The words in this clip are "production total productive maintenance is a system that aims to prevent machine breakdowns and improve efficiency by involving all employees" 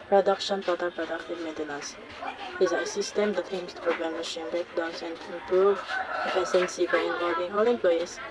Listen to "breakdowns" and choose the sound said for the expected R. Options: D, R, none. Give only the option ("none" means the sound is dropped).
none